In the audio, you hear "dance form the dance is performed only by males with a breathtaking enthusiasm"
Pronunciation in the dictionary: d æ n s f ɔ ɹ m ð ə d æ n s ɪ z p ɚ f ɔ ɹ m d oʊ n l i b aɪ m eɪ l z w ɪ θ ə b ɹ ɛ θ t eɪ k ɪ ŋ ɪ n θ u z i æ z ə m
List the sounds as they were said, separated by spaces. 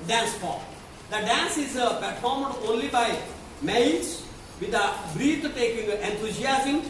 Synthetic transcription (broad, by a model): d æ n s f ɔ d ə d æ n s ɪ z p ɚ f ɔ ɹ m d oʊ n l i b aɪ m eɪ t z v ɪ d ə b ɹ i t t eɪ k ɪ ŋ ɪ n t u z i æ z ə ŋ